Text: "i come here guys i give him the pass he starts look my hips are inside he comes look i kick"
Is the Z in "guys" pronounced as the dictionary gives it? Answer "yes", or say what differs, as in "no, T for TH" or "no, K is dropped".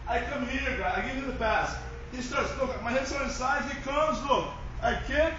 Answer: no, Z is dropped